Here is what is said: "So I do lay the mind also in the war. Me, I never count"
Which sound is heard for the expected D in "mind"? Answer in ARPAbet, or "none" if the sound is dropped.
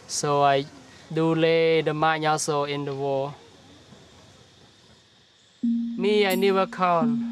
none